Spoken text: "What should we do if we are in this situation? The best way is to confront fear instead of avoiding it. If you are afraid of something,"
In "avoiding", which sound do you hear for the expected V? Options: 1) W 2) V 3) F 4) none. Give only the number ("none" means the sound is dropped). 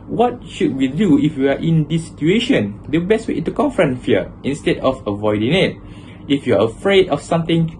2